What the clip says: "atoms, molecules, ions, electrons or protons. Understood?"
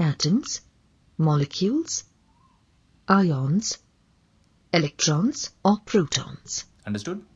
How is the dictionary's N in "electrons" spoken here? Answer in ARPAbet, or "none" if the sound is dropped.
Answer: N